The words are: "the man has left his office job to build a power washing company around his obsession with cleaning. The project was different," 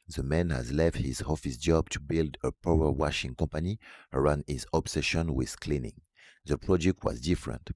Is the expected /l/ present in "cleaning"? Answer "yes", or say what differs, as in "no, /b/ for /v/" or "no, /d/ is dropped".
yes